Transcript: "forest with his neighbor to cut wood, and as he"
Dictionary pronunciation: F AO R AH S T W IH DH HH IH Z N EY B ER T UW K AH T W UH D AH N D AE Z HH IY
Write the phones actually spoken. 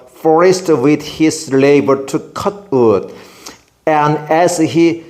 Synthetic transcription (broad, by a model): F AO R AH S T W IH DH HH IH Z L EY B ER T UW K AH T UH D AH N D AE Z HH IY